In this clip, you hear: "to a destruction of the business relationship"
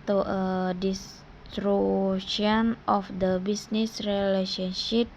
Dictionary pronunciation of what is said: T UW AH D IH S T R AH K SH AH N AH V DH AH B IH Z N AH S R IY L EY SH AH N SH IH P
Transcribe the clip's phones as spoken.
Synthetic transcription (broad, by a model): T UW AH D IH S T R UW SH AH N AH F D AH B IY S N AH S R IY L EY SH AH N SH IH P